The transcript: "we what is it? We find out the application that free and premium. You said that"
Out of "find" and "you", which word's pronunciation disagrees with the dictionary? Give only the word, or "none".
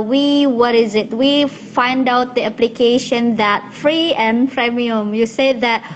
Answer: none